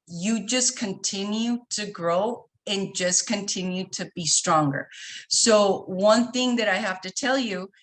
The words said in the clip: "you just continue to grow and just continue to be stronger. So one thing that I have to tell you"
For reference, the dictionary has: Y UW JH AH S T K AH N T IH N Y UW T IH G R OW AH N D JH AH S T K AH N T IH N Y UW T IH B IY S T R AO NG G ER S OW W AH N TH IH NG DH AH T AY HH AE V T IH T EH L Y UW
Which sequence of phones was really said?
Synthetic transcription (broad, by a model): Y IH JH AH S K AH N T IH N Y UW T IH G R OW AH N JH AH S K AH N T IH N Y UW T IH B IY S T R AO NG G ER S OW W AH N TH IH NG DH AH T AY HH AE F T IH T EH L Y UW